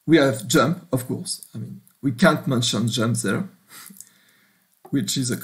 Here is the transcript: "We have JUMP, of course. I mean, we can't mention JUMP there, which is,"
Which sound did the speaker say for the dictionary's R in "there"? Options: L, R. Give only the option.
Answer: R